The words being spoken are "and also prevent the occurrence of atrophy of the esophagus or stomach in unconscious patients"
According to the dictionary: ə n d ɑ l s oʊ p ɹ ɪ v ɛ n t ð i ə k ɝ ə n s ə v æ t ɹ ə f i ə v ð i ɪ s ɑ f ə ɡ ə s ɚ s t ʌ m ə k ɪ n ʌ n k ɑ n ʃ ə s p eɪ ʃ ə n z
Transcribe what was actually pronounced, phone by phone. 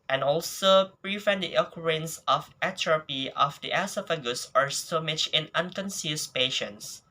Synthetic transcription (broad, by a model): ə n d ɑ l s oʊ p ɹ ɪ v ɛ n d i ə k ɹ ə n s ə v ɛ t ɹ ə p i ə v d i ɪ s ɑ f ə ɡ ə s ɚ s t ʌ m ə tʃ ɪ n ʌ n k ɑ n s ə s p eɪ ʃ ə n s